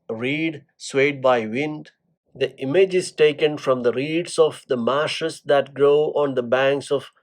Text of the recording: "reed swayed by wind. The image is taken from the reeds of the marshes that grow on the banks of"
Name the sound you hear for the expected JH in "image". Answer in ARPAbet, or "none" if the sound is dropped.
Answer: JH